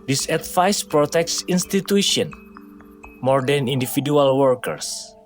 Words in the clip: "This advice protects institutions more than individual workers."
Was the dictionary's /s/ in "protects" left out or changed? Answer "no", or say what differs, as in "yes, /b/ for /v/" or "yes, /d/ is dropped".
no